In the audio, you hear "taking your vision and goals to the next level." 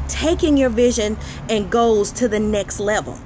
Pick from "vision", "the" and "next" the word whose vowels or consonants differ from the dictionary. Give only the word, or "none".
none